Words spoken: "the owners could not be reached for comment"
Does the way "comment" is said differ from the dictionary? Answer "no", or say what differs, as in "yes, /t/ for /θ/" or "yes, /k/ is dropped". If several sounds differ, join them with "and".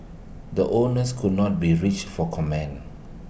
yes, /t/ is dropped